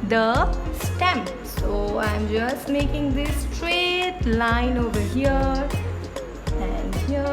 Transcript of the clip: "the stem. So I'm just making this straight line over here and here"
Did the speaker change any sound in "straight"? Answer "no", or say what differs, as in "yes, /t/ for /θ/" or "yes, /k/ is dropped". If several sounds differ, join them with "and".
no